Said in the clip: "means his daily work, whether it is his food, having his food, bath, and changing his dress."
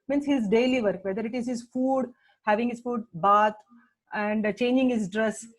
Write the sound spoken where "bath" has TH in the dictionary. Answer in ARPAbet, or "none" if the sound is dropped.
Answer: T